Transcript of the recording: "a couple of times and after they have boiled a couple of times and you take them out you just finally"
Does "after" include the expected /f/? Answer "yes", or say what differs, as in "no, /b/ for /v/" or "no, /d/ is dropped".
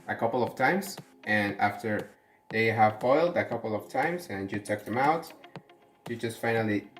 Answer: yes